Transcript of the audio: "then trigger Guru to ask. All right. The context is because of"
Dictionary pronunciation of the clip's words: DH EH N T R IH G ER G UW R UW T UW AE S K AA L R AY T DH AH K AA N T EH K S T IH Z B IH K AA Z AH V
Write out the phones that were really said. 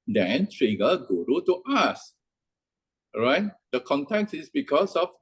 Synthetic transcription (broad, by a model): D EH N T R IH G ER G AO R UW T UW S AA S R AY T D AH K AA N T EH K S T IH S B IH K AA S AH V